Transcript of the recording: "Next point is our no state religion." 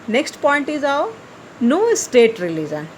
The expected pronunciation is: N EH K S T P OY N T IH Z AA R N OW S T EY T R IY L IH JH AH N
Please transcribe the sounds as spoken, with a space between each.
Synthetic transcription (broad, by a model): N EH K S T P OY N T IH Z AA W N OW S T EY T R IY L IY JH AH N